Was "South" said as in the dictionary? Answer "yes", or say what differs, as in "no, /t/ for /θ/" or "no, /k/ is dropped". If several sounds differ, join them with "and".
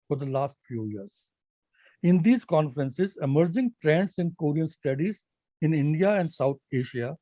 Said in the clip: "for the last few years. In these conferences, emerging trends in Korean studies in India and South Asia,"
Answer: no, /t/ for /θ/